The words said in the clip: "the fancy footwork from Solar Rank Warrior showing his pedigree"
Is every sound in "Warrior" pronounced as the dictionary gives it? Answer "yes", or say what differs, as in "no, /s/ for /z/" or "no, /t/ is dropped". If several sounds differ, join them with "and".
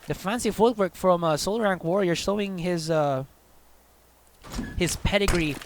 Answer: yes